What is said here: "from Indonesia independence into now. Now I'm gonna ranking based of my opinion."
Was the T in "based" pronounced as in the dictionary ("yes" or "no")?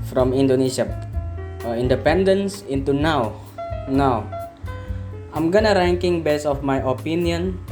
no